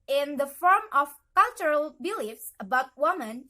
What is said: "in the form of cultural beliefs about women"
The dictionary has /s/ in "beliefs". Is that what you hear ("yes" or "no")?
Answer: yes